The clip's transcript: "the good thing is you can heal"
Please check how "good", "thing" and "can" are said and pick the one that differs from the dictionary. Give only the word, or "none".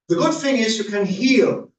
thing